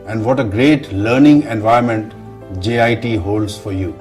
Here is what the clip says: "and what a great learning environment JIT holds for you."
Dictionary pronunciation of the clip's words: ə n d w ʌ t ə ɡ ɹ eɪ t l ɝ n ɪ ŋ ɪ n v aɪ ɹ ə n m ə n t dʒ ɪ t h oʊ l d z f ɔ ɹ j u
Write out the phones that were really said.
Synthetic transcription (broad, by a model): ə n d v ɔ t ə ɡ ɹ eɪ t l ɝ n ɪ ŋ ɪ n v aɪ ə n m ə n t dʒ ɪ t h oʊ l d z f ɔ ɹ j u